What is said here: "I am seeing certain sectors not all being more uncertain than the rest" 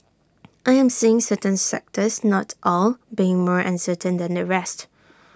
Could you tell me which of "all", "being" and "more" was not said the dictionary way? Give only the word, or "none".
none